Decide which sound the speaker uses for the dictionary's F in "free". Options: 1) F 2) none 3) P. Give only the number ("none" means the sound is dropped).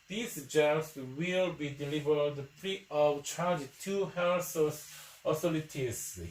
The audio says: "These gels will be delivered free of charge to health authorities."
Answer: 3